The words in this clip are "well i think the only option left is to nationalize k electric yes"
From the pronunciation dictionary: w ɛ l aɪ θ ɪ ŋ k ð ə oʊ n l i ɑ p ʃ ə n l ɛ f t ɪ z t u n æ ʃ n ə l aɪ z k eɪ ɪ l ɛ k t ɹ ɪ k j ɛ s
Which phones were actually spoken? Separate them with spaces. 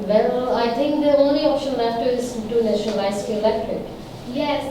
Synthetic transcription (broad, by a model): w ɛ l aɪ t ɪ ŋ k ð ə oʊ n l i ɑ p ʃ ə n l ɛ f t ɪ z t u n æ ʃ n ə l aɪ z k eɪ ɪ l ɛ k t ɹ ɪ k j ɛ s